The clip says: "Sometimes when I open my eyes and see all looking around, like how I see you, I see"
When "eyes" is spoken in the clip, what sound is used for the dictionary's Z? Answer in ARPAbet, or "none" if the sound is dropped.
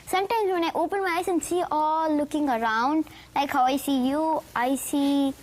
S